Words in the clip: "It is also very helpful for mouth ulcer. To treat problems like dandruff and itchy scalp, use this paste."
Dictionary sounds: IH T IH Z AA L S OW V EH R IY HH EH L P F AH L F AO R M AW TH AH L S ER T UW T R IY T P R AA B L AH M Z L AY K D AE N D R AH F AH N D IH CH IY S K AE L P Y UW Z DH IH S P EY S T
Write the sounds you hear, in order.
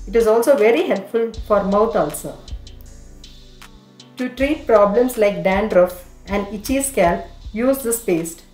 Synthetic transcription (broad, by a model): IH T IH Z AA L S OW V EH R IY HH EH L P F AH L F AO R M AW T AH L S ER T UW T R IY T P R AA B L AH M S L AY K D AE N D R AH F AH N D IH CH IY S K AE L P Y UW Z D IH S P EY S T